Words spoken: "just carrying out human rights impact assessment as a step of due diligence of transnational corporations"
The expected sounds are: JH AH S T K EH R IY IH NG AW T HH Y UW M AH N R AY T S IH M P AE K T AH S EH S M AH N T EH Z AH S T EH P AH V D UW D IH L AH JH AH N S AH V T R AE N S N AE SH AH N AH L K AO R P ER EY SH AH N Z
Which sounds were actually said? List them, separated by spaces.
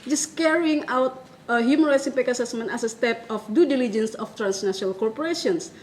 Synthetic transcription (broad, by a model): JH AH S K EH R IY IH NG AW T HH Y UW M AH N R AY T S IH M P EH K AH S EH S M AH N T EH S AH S T EH P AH F D UW D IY L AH JH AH N S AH F T R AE N S N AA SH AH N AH L K AO R P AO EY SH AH N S